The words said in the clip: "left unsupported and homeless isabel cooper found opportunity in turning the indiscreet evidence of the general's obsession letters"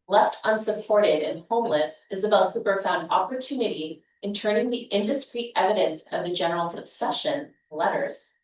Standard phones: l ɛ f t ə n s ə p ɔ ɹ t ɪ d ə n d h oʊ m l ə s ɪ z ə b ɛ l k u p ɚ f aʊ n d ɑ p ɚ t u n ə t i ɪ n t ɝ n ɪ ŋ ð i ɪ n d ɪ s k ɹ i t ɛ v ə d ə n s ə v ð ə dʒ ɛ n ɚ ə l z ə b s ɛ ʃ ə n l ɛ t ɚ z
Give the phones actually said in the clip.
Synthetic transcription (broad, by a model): l ɛ f t ə n s ə p ɔ ɹ t ɪ d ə n h oʊ m l ə s ɪ z ə b ɛ l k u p ɚ f aʊ n d ɑ p ɚ t u n ə t i ɪ n t ɝ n ɪ ŋ ð i ɪ n d ɪ s k ɹ i t ɛ v ə d ə n s ə v ð ə dʒ ɛ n ɚ l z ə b s ɛ ʃ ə n l ɛ t ɚ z